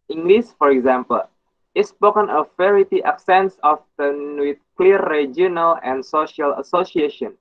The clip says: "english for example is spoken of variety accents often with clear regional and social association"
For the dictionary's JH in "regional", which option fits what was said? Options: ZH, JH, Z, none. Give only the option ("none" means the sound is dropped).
none